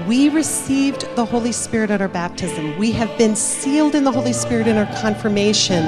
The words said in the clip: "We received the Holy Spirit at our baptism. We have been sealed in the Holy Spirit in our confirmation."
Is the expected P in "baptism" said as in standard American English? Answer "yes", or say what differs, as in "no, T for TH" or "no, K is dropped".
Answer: yes